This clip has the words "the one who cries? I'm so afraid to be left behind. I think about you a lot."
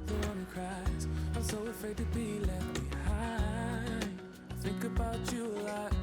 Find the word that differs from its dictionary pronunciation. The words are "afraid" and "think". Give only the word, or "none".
none